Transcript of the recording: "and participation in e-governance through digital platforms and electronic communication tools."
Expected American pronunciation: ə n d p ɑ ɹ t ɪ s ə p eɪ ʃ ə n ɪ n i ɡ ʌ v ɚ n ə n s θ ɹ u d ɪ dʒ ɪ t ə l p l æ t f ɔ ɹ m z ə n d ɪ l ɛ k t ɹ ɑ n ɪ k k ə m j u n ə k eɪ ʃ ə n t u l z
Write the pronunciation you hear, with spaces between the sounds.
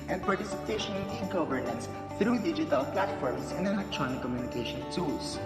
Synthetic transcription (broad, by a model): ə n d p ɑ ɹ t ɪ s ə p eɪ ʃ ə n ɪ n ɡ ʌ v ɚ n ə n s t ɹ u d ɪ dʒ ɪ t ə l p l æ t f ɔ ɹ m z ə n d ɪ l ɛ k t ɹ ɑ n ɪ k k ə m j u n ə k eɪ ʃ ə n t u l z